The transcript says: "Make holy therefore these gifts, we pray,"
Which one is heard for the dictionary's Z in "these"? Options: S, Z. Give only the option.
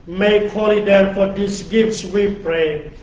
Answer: S